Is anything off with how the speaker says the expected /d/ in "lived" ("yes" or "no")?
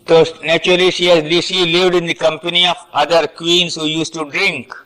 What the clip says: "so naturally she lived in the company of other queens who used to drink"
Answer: no